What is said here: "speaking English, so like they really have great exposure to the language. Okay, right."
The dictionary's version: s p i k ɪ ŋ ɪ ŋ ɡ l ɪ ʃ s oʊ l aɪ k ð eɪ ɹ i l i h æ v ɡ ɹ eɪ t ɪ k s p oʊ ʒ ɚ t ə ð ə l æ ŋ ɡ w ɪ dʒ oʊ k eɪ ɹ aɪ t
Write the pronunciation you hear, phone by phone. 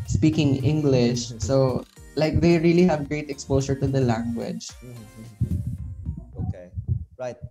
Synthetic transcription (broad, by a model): s p i k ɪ ŋ ɪ ŋ ɡ l ɪ ʃ s oʊ l aɪ k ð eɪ ɹ i l i h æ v ɡ ɹ eɪ t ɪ k s p oʊ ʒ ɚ t ə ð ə l æ ŋ ɡ w ɪ dʒ oʊ k eɪ ɹ aɪ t